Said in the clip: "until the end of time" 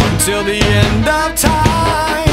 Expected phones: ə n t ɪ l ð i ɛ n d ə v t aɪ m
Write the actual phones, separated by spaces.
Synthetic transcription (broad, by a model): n t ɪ l ð i ɛ n d ə v t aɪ